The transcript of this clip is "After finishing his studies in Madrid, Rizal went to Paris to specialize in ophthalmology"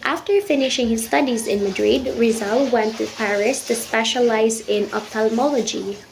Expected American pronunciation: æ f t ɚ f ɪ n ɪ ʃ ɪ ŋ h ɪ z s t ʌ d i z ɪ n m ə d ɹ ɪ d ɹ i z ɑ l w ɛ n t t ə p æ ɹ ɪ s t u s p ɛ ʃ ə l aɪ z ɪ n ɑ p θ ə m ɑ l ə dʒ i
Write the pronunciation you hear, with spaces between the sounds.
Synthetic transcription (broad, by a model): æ f t ɚ f ɪ n ɪ ʃ ɪ ŋ h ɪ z s t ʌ d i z ɪ n m ə d ɹ ɪ d ɹ i z ɑ l w ɛ n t t ə p æ ɹ ɪ s t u s p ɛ ʃ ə l aɪ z ɪ n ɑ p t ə m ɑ l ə dʒ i